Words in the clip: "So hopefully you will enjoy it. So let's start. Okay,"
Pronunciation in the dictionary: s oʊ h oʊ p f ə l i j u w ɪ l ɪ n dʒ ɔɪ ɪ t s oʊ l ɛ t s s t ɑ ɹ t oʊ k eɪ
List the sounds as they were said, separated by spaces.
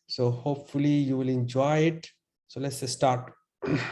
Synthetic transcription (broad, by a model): s oʊ h oʊ p f ə l i j u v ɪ l ɪ n dʒ ɔɪ ɪ t s oʊ l ɛ t s s t ɑ ɹ t